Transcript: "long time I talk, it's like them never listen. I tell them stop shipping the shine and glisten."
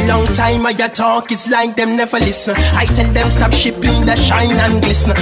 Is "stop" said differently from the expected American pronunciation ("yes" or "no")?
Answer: yes